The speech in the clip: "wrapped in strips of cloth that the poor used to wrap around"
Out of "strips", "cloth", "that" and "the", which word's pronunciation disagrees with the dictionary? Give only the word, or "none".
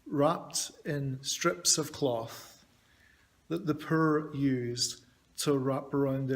none